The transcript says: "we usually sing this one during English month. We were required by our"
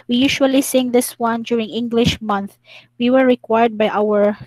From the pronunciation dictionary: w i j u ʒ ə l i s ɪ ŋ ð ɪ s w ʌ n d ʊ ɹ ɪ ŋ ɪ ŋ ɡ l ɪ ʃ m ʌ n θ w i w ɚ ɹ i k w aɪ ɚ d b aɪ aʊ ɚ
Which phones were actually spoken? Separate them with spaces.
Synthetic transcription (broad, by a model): w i j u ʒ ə l i s ɪ ŋ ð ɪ s w ʌ n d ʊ ɹ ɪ ŋ ɪ ŋ ɡ l ɪ ʃ m ʌ n θ w i w ɚ ɹ i k w aɪ ɚ d b aɪ aʊ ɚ